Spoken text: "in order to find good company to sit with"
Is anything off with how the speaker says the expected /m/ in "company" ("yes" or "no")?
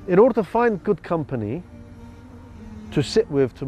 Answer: no